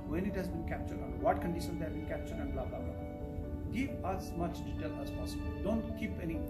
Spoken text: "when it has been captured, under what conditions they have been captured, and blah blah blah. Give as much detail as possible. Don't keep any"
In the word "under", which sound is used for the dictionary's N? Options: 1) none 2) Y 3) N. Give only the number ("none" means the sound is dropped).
1